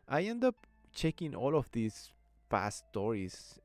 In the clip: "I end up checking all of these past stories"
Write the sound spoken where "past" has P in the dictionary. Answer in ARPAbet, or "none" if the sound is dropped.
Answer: F